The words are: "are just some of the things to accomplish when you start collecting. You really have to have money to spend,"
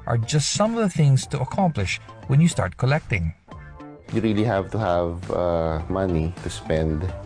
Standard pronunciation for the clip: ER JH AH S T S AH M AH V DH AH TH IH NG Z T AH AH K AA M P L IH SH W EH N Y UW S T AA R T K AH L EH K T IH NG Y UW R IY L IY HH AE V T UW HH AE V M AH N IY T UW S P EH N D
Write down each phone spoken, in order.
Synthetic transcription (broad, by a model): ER JH AH S T S AH M AH V DH AH TH IH NG Z T AH AH K AA M P L IH SH W EH N Y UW S T AA R T K AH L EH K T IH NG Y UW R IY L IY HH AE V T UW HH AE V M AH N IY T UW S P EH N D